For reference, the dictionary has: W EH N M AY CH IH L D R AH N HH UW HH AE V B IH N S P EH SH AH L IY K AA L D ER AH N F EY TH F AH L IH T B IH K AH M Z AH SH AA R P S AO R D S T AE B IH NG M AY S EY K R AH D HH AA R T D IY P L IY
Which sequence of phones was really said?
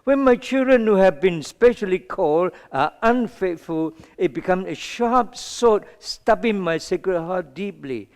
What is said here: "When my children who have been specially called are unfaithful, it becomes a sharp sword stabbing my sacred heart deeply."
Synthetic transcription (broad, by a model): W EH N M AY CH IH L D R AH N HH UW HH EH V B IH N S P EH SH AH L IY K AA L D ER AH N F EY T F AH L IH T B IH K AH M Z AH SH AA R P S AO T S T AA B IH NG M AY S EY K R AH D HH AA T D IY P L IY